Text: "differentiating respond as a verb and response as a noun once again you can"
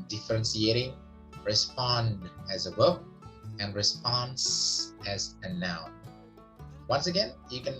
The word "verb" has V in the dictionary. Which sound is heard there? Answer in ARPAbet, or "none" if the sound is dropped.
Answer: W